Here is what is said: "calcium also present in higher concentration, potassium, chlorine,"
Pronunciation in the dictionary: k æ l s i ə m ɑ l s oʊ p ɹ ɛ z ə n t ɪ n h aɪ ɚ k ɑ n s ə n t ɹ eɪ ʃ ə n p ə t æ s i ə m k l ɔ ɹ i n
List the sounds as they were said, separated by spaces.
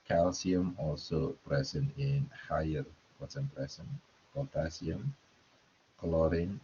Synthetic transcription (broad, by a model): k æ l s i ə m ɑ l s oʊ p ɹ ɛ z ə n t ɪ n h aɪ ɚ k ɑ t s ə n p ɹ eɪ s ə n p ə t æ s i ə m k l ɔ ɹ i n